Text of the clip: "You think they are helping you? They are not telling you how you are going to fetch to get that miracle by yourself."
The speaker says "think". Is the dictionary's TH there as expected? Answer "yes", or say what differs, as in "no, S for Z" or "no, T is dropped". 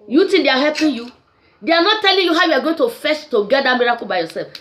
no, T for TH